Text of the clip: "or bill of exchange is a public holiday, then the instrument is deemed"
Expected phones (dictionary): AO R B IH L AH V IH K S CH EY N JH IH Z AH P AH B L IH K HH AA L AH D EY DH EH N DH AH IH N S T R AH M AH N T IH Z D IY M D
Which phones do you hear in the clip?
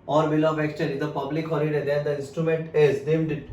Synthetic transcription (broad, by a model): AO R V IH L AH V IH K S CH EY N IH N AH P AH B L IH K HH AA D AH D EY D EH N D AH IH N S T R AH M AH N T IH Z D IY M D